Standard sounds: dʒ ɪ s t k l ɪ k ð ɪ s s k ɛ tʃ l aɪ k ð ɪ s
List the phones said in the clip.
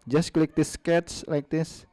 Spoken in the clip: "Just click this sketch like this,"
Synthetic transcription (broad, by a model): dʒ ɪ s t k l ɪ k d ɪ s s k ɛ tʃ l aɪ k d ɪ s